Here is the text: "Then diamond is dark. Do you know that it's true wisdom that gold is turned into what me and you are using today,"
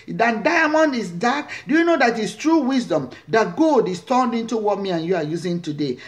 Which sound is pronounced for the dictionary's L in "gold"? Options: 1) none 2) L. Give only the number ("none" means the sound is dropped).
1